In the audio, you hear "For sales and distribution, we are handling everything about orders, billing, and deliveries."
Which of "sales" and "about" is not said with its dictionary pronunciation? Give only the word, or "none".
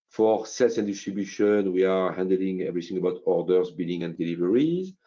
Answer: sales